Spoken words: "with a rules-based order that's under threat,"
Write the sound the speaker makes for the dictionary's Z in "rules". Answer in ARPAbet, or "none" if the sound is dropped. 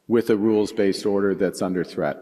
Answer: Z